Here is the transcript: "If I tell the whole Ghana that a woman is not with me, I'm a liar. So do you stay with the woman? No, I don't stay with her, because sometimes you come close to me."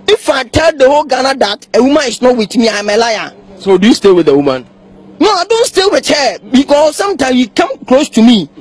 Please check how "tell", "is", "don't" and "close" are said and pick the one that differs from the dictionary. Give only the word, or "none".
is